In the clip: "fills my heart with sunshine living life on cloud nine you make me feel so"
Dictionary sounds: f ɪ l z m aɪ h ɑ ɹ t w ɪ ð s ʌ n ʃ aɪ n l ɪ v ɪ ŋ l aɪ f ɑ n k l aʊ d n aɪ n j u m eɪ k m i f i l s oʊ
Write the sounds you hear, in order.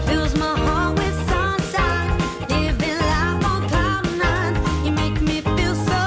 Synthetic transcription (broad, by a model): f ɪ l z m aɪ h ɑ w ɪ ð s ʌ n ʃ aɪ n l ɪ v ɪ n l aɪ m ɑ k aʊ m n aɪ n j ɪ m eɪ k m i f i l s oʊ